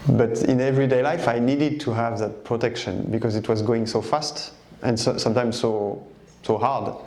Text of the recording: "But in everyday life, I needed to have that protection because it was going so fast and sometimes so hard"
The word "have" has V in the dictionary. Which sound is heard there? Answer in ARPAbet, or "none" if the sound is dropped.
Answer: V